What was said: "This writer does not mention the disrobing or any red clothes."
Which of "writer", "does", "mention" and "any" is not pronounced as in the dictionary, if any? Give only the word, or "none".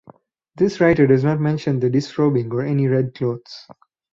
none